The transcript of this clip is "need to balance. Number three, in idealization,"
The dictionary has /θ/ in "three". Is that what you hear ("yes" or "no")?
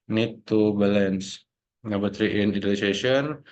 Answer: no